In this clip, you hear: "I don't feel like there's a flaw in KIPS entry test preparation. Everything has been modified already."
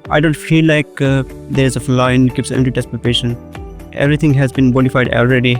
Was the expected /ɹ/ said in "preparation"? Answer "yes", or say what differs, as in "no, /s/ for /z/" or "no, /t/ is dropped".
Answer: no, /ɹ/ is dropped